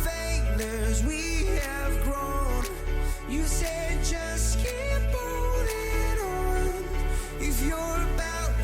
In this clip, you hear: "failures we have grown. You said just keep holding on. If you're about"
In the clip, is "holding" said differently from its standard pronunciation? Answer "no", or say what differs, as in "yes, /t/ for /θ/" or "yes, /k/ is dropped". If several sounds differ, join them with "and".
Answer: yes, /l/ is dropped